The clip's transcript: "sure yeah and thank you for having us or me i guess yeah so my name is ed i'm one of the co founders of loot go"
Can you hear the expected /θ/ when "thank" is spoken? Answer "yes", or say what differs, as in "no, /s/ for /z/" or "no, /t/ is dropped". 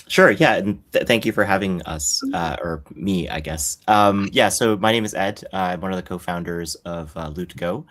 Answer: yes